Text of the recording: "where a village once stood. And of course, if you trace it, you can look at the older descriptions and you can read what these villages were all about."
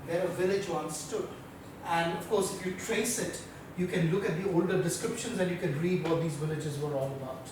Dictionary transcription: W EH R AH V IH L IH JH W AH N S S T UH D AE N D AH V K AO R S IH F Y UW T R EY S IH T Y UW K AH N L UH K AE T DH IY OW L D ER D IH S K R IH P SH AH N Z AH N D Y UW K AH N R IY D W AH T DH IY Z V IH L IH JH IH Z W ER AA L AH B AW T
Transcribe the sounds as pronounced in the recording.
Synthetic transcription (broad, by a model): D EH R AH V IH L IH JH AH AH N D S T UH D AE N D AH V K AO R S IH F Y UW T R EY S IH T Y UW K AH N L UH K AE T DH IY OW L D ER D IH S K R IH P SH AH N Z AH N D Y UW K AH N R IY D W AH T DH IY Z V IH L IH JH IH Z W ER AA L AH B AW T